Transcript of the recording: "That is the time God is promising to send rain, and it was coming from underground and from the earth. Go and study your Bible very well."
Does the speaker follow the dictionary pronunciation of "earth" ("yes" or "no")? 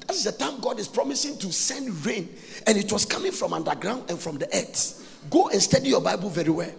no